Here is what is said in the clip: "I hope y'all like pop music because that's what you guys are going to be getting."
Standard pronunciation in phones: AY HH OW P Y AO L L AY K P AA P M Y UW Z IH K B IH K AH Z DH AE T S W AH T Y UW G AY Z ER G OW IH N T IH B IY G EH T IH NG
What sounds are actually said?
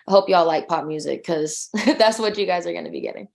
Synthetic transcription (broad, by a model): AY HH OW P Y AO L L AY K P AA P M Y UW Z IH IH K AH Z DH AE T S W AH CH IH G AY Z ER G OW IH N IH B IY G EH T IH NG